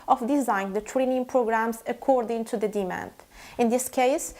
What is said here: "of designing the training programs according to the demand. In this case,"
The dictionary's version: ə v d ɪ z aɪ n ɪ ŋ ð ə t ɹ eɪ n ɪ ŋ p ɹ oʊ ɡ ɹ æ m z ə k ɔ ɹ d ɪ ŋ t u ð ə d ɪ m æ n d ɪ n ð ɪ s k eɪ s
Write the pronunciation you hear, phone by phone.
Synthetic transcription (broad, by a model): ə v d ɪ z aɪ ɪ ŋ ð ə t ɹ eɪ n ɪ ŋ p ɹ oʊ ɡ ɹ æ m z ə k ɔ ɹ d ɪ ŋ t u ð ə d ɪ m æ n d ɪ n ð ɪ s k eɪ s